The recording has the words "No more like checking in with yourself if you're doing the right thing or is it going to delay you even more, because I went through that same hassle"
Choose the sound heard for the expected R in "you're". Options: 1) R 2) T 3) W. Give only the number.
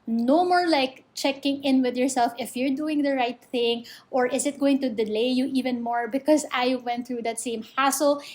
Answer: 1